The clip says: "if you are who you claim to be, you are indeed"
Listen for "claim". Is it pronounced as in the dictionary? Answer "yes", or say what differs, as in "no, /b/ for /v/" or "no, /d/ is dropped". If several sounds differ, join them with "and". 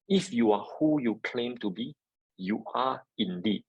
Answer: yes